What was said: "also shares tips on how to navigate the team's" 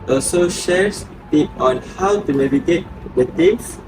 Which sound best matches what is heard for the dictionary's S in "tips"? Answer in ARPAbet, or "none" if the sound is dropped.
none